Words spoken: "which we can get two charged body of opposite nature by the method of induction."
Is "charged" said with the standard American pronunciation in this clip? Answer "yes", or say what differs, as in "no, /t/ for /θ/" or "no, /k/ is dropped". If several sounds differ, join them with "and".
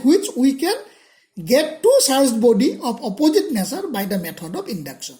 no, /s/ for /tʃ/